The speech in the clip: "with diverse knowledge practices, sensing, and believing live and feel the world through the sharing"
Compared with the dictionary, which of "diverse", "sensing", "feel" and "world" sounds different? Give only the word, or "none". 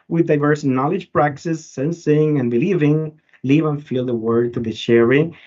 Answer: world